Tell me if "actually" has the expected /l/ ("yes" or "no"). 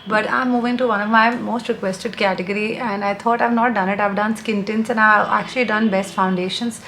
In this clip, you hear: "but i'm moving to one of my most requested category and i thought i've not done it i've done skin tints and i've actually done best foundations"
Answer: yes